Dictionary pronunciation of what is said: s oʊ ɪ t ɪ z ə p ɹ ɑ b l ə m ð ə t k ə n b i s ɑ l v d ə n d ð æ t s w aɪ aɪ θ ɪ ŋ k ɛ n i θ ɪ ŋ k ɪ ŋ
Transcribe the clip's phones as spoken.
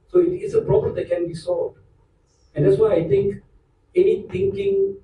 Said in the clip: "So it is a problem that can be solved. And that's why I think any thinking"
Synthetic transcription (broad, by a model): s oʊ ɪ t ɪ s ə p ɹ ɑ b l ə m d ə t k ə n b i s ɑ l v d ə n d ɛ t s w aɪ aɪ t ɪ ŋ k ɛ n i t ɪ ŋ k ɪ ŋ